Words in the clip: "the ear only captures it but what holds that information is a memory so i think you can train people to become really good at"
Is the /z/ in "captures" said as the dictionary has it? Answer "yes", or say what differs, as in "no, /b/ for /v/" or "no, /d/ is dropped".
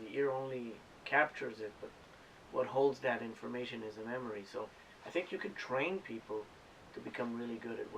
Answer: yes